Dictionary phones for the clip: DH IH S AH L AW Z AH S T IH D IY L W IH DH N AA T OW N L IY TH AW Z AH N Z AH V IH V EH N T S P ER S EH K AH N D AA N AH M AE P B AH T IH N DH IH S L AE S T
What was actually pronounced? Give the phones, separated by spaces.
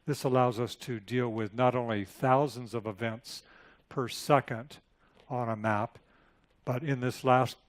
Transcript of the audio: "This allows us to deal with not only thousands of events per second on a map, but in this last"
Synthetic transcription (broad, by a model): DH IH S AH L AW Z AH S T IH D IY L W IH DH N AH T OW N L IY TH AW Z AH N Z AH V IH V EH N T S P ER S EH K AH N D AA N AH M AE P B AH T IH N DH IH S L AE S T